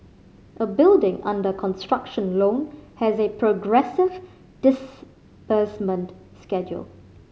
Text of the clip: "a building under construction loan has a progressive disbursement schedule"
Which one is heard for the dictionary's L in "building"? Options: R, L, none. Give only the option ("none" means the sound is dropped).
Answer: L